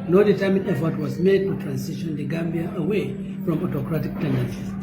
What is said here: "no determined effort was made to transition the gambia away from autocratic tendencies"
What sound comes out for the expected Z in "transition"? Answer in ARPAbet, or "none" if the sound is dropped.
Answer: S